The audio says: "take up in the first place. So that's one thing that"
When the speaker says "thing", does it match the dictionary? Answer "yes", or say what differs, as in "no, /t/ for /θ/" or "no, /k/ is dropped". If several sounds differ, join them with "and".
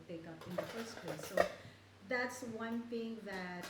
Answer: no, /t/ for /θ/